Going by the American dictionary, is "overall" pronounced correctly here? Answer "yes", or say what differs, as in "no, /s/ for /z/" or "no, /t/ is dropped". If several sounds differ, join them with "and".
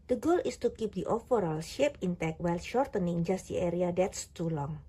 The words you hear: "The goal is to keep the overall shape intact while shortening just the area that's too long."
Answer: no, /f/ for /v/